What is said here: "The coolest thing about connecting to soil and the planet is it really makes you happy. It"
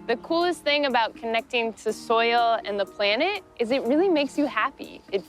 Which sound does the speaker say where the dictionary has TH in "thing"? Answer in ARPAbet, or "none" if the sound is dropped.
TH